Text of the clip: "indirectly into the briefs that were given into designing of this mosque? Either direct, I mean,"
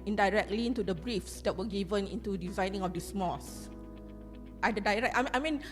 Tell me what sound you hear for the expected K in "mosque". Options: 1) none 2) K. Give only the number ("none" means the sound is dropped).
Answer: 1